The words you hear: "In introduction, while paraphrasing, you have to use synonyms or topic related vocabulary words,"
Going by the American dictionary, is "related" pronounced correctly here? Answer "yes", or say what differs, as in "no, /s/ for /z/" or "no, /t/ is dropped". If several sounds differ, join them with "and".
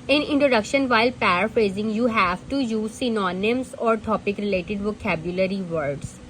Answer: yes